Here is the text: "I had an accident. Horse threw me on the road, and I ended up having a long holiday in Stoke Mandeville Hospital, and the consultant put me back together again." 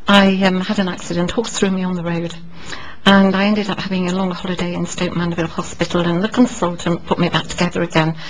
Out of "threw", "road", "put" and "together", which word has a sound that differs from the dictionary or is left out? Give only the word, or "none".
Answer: none